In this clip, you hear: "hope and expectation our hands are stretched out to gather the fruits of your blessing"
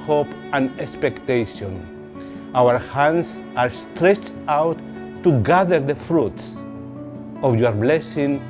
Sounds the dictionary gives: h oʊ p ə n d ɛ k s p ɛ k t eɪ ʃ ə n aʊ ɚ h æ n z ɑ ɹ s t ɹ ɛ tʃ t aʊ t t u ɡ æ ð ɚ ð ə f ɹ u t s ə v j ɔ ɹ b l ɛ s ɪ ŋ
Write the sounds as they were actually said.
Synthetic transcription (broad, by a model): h oʊ p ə n ɛ k s p ɛ k t eɪ ʃ ə n aʊ ɚ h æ n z ɑ ɹ s t ɹ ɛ tʃ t aʊ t t u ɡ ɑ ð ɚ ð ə f ɹ u t s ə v j ɔ ɹ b l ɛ s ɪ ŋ